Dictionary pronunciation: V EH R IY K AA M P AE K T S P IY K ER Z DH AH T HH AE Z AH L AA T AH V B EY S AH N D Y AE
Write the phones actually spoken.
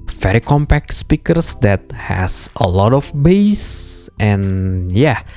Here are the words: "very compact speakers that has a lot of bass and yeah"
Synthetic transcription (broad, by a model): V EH R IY K AA M P AE K T S P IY K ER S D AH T HH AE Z AH L AA T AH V B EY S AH N Y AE